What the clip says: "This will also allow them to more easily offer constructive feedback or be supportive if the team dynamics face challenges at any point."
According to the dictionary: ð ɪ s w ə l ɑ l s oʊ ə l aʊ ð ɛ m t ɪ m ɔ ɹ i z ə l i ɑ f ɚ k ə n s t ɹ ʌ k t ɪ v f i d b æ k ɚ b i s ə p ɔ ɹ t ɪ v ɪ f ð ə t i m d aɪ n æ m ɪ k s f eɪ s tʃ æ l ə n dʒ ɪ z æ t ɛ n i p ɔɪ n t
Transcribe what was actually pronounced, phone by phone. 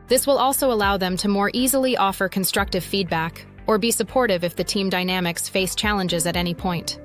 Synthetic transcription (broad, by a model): ð ɪ s w ə l ɑ l s oʊ ə l aʊ ð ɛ m t ɪ m ɔ ɹ i z l i ɑ f ɚ k ə n s t ɹ ʌ k t ɪ v f i d b æ k ɚ b i s ə p ɔ ɹ t ɪ v ɪ f ð ə t i m d aɪ n æ m ɪ k s f eɪ s tʃ æ l ə n dʒ ɪ z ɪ t ɛ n i p ɔɪ n t